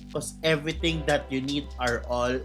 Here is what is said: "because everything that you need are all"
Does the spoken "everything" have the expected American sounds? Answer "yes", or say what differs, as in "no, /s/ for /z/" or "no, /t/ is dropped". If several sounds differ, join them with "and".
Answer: no, /t/ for /θ/